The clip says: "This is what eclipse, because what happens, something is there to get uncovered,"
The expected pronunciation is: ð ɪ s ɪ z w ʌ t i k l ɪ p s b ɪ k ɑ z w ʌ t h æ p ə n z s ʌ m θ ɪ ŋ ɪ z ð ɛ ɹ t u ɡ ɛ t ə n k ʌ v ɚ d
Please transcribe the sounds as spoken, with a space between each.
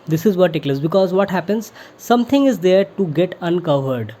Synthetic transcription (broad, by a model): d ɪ s ɪ z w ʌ t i k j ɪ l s b ɪ k ɑ z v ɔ t h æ p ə n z s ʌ m t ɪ ŋ ɪ z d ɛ ɹ t u ɡ ɛ t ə n k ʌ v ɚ d